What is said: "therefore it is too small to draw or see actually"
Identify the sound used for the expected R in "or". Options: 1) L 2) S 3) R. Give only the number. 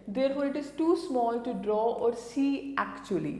3